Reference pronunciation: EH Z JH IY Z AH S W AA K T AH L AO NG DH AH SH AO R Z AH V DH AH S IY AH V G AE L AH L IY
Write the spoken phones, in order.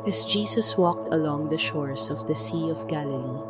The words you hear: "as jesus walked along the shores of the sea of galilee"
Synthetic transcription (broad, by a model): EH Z JH IY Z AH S W AA K T AH L AO NG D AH SH AO R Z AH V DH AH S IY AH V G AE L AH L IY